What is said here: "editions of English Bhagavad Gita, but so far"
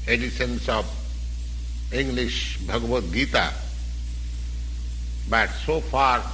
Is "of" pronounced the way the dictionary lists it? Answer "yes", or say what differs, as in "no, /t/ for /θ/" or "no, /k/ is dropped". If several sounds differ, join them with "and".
no, /b/ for /v/